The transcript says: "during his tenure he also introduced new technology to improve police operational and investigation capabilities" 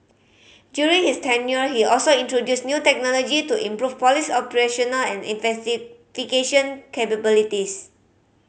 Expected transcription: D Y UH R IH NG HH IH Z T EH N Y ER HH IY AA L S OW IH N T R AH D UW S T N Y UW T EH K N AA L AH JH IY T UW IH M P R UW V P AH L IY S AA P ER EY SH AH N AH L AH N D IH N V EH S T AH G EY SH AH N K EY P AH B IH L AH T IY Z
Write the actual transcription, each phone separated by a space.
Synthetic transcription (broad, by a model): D Y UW R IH NG HH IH S T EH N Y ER HH IY AA L S OW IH N T R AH D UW S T N Y UW T EH K N AA L AH JH IY T UW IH M P R UW F P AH L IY S AA P ER EY SH AH N AH L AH N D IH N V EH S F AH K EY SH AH N K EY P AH B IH L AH T IY S